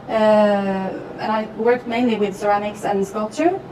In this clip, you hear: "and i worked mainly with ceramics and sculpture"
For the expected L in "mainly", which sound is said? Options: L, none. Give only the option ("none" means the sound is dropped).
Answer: L